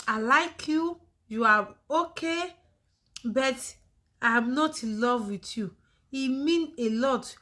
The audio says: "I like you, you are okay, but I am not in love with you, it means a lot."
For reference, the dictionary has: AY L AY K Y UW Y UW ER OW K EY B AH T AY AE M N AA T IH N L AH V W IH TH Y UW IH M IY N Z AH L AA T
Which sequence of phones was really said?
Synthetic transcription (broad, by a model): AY L AY K Y UW Y UW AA OW K EY B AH T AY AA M N AA T L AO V W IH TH Y UW IH M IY N AH L AA T